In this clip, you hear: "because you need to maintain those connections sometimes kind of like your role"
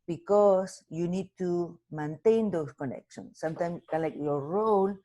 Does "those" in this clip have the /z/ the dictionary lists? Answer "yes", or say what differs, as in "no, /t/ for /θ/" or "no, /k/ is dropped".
no, /s/ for /z/